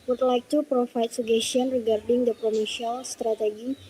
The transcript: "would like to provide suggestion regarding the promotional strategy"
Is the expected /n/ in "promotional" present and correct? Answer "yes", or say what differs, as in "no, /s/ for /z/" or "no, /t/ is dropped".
no, /n/ is dropped